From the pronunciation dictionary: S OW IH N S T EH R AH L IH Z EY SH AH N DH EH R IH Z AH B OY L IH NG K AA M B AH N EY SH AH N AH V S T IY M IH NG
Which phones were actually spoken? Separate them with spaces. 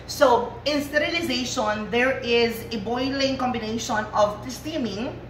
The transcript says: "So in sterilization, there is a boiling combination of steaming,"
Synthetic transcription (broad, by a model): S OW IH N S T EH R AH L IH Z EY SH AH N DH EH R IH Z AH B OY L IH NG K AA M B AH N EY SH AH N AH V S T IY M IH NG